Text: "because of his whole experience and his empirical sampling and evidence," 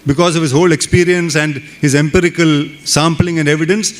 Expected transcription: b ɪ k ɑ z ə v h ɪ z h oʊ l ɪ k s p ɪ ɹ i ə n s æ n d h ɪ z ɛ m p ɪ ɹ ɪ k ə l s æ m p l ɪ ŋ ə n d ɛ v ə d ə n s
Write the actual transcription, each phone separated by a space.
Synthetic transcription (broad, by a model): b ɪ k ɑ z ə v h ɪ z h oʊ l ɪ k s p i ɹ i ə n s æ n d h ɪ z ɛ m p ɪ ɹ ɪ k ə l s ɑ m p l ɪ ŋ ə n d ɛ v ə d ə n s